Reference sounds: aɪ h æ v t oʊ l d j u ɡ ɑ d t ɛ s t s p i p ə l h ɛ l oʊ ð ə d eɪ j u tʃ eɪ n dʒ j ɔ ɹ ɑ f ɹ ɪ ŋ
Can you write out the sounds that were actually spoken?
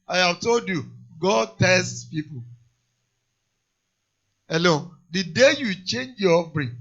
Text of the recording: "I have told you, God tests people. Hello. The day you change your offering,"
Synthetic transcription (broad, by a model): aɪ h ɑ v t oʊ l d j u ɡ ɑ d t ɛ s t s p i p ə l h ɛ l oʊ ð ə d eɪ j u tʃ eɪ n dʒ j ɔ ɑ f ɹ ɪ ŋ